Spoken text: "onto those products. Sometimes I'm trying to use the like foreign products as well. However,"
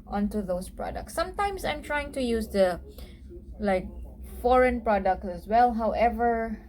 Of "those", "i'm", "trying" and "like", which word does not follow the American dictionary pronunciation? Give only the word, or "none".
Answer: those